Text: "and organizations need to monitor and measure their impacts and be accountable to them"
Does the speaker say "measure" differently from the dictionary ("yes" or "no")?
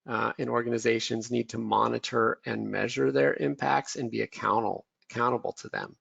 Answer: no